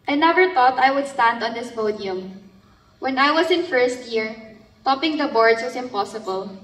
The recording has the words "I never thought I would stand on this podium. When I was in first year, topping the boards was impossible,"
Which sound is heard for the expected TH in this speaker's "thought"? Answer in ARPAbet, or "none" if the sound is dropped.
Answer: T